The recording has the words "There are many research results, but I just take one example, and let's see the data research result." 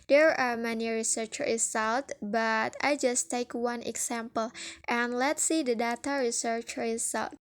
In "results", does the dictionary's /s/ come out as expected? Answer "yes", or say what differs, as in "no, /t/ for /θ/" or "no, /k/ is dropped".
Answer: no, /s/ is dropped